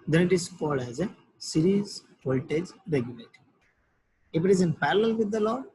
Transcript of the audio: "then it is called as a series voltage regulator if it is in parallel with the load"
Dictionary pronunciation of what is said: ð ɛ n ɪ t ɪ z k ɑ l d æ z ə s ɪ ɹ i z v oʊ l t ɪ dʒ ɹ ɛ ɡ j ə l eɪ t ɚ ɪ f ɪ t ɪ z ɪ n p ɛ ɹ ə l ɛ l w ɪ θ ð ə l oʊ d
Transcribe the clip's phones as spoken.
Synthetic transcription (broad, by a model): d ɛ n ɪ t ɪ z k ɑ d æ z ə s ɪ ɹ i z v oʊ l t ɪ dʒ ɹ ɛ ɡ j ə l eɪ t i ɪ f ɪ t ɪ z ɪ n p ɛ ɹ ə l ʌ l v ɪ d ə l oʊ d